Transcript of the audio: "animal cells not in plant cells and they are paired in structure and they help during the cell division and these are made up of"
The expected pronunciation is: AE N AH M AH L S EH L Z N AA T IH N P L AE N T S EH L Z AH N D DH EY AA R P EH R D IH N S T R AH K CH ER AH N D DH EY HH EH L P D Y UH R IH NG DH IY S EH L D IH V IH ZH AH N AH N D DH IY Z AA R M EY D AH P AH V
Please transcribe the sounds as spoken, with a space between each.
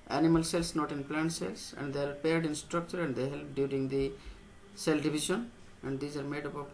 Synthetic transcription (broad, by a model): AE N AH M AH L S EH L S N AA T IH N P L AE N T S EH L S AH N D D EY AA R P EH R D IH N S T R AH K CH ER AH N D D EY HH EH L P D Y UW R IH NG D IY S EH L D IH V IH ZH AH N AH N D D IY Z AA R M EY D AH P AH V